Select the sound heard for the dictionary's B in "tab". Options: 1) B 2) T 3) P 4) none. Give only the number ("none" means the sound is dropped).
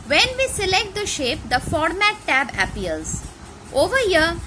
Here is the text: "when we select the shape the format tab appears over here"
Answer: 1